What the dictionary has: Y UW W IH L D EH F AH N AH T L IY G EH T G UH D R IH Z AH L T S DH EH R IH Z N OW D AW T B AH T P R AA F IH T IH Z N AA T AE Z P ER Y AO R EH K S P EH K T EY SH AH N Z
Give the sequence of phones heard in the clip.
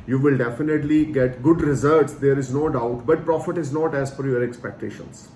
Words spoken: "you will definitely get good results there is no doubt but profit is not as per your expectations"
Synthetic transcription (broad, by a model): Y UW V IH L D EH F AH N AH T L IY G EH T G UH D R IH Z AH T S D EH R IH Z N OW D AW T B AH T P R AA F IH T IH Z N AA T AE Z F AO Y AO R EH K S P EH K T EY SH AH N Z